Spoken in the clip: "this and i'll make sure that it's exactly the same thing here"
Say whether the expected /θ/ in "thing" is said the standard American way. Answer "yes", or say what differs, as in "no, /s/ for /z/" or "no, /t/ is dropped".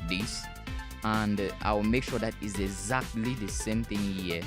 yes